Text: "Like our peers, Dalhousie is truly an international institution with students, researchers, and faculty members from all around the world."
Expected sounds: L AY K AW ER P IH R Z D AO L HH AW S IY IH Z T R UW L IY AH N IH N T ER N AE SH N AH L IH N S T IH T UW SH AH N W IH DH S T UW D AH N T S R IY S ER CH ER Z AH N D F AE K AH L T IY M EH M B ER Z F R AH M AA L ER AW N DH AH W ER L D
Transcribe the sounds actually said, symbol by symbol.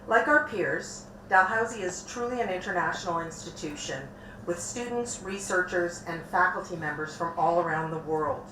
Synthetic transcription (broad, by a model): L AY K AW ER P IH R Z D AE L HH AW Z IY IH Z T R UW L IY AH N IH N T ER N AE SH N L IH N S T IH T UW SH AH N W IH DH S T UW D N T S R IY S ER CH ER Z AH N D F AE K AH L T IY M EH M B ER Z F R AH M AA L ER AW N DH AH W ER L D